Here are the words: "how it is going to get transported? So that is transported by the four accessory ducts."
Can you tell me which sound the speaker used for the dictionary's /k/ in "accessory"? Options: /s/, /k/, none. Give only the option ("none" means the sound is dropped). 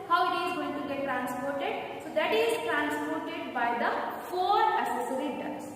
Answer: none